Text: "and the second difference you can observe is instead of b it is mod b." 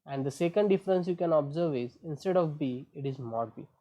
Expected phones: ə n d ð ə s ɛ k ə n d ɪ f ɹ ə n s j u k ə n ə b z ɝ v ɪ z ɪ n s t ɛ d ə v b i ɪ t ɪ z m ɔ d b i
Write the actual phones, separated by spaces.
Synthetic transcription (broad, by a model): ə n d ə s ɛ k ə n d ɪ f ɹ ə n s j u k ə n ə b z ɝ v ɪ z ɪ n s t ɛ d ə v b i ɪ t ɪ z m ɔ d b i